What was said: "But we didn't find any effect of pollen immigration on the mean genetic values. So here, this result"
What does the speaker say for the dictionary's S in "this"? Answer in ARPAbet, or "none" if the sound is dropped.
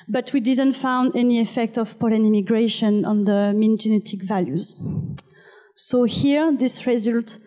S